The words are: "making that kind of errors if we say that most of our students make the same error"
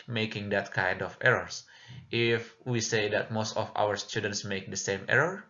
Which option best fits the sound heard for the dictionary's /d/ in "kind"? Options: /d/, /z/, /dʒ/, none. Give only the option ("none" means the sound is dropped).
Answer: /d/